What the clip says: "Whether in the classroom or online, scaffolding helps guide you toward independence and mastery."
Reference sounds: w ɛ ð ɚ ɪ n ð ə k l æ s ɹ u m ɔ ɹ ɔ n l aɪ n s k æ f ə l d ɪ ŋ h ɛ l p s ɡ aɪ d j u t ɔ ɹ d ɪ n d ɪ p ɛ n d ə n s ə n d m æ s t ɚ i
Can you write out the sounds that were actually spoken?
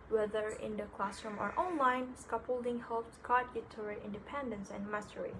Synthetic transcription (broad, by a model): w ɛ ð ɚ ɪ n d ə k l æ s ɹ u m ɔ ɹ ɔ n l aɪ n s k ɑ p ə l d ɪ ŋ h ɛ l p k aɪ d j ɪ t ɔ ɹ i ɪ n d ɪ p ɛ n d ə n s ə n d m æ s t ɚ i